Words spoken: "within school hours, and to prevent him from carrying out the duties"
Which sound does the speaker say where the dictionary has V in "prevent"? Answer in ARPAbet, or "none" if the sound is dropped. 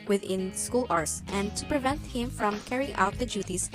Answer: V